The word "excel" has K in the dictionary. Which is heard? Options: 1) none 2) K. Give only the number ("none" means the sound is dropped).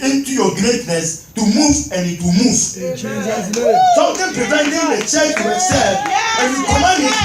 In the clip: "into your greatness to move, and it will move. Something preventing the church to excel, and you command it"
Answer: 1